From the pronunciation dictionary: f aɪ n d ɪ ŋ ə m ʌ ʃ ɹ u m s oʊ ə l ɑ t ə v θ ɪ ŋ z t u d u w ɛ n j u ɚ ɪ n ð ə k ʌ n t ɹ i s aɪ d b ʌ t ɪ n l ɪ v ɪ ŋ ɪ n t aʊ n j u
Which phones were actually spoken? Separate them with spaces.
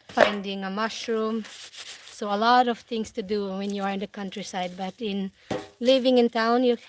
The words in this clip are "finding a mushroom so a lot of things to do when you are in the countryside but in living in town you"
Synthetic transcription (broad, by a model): f aɪ n d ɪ ŋ ə m ʌ ʃ ɹ u m s oʊ ə l ɑ t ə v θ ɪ ŋ s t u d u w ɛ n j u ɚ ɪ n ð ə k ʌ n t ɹ i s aɪ d b ʌ t ɪ n l ɪ v ɪ ŋ ɪ n t aʊ n j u